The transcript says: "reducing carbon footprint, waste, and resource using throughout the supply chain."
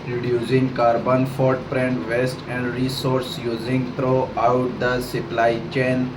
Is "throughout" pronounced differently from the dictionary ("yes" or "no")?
yes